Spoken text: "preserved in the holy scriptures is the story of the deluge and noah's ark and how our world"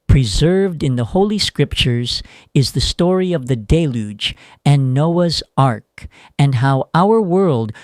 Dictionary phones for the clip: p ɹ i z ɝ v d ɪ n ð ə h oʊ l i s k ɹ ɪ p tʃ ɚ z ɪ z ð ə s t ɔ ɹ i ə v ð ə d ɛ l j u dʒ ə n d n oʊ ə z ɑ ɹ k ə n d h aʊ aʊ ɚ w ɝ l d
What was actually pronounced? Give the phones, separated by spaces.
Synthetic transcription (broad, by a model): p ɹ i z ɝ v d ɪ n ð ə h oʊ l i s k ɹ ɪ p tʃ ɚ z ɪ z ð ə s t ɔ ɹ i ə v ð ə d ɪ l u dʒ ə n n oʊ ə z ɑ ɹ k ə n h aʊ aʊ ɚ w ɝ l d